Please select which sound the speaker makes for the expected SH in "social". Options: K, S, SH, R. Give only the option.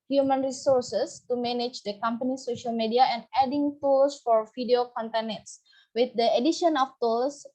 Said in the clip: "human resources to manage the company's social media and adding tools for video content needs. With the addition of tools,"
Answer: SH